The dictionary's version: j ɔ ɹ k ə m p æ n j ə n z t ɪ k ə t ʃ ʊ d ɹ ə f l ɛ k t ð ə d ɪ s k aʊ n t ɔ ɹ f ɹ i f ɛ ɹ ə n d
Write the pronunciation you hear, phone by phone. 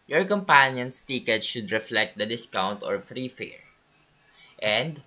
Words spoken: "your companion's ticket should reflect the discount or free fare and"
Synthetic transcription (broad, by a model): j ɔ ɹ k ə m p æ n j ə n s t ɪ k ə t ʃ ʊ d ɹ ə f l ɛ k t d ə d ɪ s k aʊ n t ɔ ɹ f ɹ i f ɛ ɹ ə n d